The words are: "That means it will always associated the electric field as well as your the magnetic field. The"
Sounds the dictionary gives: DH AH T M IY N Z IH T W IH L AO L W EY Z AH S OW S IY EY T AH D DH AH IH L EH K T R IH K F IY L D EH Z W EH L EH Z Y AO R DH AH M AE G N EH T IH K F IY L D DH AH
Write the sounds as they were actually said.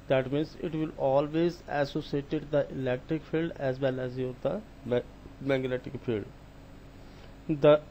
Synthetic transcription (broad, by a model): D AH T M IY N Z IH T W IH L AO L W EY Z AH S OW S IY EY T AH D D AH IH L EH K T R IH K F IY L D EH Z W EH L EH Z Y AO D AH M AE G N EH T IH K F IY L D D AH